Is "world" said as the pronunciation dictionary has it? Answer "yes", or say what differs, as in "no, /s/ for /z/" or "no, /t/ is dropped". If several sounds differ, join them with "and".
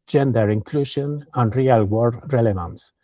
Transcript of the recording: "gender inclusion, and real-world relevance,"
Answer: no, /l/ is dropped